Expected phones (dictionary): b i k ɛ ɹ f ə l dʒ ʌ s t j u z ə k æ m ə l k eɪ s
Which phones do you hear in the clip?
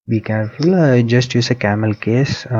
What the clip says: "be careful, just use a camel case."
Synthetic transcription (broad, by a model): b i k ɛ ɹ f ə l dʒ ʌ s t j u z ə k æ m ə l k eɪ s